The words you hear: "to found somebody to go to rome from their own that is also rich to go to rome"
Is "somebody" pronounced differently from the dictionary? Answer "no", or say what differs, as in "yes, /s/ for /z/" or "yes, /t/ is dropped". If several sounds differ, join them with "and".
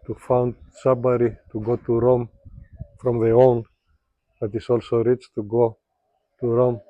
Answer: yes, /m/ is dropped